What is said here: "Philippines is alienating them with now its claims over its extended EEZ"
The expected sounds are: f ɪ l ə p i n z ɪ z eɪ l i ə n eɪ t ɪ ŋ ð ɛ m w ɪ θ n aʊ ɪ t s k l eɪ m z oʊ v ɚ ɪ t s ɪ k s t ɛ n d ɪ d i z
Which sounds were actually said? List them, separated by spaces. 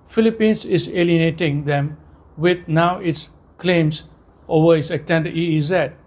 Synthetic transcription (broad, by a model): f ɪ l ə p i n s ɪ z eɪ l i ə n eɪ t ɪ ŋ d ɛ m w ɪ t n aʊ ɪ t s k l eɪ m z oʊ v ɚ ɪ t s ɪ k t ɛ n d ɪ i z